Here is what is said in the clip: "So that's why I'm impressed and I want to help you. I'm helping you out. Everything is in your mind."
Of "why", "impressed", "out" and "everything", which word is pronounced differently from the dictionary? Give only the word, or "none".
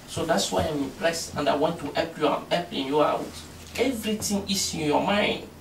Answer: everything